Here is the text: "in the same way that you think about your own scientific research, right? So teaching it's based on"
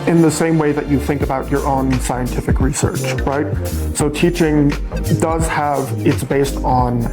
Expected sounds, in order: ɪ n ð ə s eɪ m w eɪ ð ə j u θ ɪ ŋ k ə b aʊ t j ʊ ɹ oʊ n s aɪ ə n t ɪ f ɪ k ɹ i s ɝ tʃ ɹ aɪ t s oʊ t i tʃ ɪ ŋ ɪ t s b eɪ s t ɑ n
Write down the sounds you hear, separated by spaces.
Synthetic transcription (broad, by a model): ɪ n ð ə s eɪ m w eɪ ð ə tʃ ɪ θ ɪ ŋ k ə b aʊ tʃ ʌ ɹ oʊ n s aɪ ə n t ɪ f ɪ k ɹ i s ɝ tʃ ɹ aɪ t s oʊ t i tʃ ɪ ŋ ɪ t s b eɪ s t n